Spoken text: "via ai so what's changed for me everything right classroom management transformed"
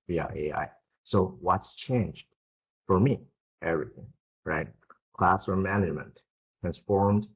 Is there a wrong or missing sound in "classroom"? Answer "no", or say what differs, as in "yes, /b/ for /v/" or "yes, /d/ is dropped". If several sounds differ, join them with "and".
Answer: yes, /ɹ/ is dropped